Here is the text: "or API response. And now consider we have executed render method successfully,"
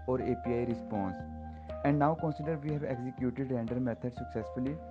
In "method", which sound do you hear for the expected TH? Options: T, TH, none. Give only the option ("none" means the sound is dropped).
T